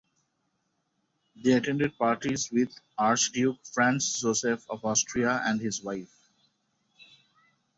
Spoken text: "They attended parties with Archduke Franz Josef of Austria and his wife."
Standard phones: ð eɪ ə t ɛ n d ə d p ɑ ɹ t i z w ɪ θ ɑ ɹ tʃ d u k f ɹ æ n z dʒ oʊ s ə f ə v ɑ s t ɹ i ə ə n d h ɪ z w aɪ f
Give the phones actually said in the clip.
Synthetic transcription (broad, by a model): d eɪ ə t ɛ n d ə d p ɑ ɹ t i z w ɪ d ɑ ɹ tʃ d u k f ɹ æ n s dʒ oʊ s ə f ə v ɑ s t ɹ i ə ə n d h ɪ z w aɪ f